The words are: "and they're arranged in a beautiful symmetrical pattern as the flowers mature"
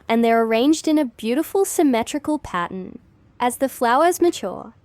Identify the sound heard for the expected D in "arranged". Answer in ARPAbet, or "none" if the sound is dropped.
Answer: D